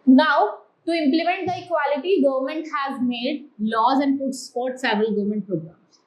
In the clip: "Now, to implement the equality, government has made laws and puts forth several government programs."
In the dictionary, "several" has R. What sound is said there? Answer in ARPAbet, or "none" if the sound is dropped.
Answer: none